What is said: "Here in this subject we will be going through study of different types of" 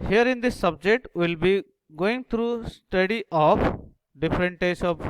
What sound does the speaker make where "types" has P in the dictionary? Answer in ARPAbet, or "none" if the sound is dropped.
none